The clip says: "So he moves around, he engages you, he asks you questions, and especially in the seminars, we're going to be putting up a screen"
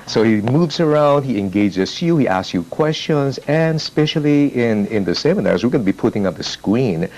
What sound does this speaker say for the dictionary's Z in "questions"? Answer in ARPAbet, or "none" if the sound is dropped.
Z